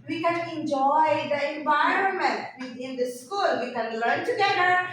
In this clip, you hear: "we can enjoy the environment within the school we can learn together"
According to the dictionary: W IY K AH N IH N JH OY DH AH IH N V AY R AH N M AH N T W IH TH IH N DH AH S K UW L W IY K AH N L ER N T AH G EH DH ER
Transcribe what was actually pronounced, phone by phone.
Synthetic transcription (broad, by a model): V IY K AH N IH N JH OY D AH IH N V AY R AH N M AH N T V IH T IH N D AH S K UW L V IY K AH N L ER N T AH G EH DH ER